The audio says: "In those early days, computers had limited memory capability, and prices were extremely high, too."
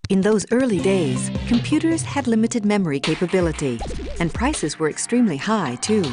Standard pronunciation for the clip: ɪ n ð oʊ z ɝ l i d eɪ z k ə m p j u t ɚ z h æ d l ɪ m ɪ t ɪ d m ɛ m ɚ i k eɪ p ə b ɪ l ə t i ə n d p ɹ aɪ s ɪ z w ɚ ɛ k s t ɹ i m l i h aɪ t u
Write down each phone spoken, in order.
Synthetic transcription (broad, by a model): ɪ n ð oʊ z ɝ l i d eɪ z k ə m p j u t ɚ z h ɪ d l ɪ m ɪ t ɪ d m ɛ m ɚ i k eɪ p ə b ɪ l ə t i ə n p ɹ aɪ s ɪ z w ɚ ɛ k s t ɹ i m l i h aɪ t u